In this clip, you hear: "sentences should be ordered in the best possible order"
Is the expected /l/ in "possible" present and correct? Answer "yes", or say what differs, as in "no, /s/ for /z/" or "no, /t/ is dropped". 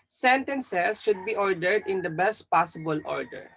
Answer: yes